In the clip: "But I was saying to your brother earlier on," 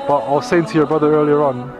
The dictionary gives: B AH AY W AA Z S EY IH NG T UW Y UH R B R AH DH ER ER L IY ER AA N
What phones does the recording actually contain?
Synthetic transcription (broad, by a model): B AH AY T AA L S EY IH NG T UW Y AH B R AH DH ER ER L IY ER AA N